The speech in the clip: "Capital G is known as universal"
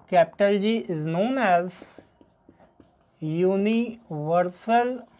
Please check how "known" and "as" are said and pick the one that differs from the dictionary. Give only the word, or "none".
none